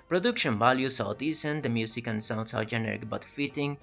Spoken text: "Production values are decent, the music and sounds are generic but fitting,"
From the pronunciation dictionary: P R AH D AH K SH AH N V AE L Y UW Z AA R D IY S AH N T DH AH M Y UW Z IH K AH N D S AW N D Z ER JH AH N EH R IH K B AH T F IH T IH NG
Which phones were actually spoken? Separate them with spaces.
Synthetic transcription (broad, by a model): P R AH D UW K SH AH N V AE L Y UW S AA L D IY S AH N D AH M Y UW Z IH K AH N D S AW N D S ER JH AH N EH R IH K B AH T F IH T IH NG